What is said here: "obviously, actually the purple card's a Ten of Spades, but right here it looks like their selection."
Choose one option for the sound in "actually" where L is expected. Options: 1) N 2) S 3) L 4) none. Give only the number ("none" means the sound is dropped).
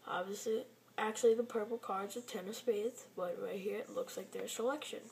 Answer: 3